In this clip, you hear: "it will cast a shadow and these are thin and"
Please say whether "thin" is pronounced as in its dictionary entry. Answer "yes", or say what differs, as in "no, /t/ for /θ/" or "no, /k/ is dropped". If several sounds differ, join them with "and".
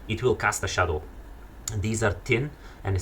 no, /t/ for /θ/